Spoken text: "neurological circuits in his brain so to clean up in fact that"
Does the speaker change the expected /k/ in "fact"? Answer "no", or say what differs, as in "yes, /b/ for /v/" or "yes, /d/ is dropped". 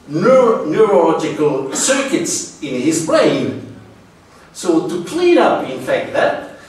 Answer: no